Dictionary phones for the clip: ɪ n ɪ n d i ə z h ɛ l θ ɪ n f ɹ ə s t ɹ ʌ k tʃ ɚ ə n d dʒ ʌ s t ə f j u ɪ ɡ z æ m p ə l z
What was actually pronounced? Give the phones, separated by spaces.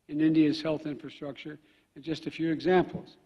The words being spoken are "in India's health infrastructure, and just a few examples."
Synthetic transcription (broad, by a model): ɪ n ɪ n d i ə z h ɛ l θ ɪ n f ɹ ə s t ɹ ʌ k tʃ ɚ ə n dʒ ʌ s t ə f j u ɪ ɡ z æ m p l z